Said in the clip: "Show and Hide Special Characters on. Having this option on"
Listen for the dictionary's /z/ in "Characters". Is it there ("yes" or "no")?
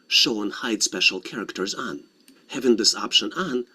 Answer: yes